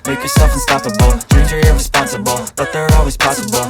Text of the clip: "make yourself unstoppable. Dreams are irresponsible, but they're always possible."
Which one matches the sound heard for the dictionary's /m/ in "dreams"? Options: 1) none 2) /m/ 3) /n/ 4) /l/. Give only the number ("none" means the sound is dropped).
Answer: 1